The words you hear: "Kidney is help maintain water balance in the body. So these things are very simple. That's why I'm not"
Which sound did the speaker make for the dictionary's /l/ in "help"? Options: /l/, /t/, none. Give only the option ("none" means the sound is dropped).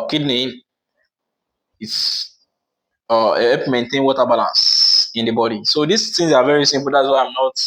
none